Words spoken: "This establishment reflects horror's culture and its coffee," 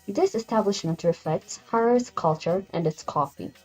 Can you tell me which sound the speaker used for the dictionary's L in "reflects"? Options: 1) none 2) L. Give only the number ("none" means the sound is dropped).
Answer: 1